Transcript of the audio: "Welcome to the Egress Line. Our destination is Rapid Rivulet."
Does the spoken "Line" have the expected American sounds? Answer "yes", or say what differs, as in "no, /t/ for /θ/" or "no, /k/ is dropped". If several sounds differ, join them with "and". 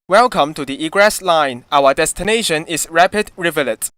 yes